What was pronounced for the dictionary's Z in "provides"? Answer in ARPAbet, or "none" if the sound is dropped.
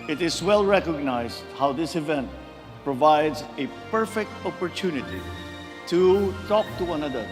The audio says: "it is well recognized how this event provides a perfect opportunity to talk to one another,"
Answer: Z